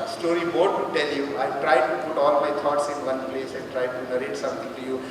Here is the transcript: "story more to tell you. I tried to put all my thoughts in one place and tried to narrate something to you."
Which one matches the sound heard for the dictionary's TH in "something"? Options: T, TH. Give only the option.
T